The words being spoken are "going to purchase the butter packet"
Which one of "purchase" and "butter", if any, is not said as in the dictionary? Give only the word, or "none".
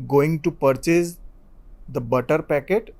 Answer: none